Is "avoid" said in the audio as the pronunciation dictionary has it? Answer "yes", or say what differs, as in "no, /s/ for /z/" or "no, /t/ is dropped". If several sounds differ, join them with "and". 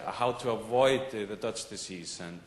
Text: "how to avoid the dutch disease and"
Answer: yes